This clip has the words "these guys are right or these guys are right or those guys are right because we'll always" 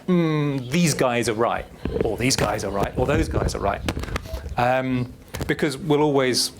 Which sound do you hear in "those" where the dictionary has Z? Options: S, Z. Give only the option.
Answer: Z